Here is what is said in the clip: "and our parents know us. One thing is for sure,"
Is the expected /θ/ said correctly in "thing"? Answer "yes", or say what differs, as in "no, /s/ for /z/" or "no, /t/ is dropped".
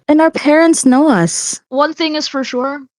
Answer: yes